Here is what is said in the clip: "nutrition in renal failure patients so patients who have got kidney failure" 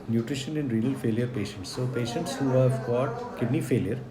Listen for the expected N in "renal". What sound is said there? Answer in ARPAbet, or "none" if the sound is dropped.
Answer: none